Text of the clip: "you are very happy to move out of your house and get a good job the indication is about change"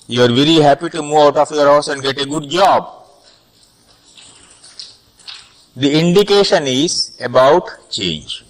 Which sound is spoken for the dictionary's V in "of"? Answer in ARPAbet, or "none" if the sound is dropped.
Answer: F